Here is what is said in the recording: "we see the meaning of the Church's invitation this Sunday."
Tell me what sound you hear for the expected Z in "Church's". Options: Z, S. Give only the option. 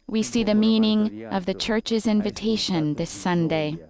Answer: Z